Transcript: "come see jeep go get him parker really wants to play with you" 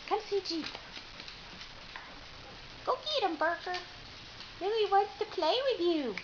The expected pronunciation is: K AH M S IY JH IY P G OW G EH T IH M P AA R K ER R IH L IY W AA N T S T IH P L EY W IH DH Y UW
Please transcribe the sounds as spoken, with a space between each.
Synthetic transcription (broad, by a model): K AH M S IY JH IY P G OW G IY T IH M B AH R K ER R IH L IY W AA N T S T IH P L EY W IH DH Y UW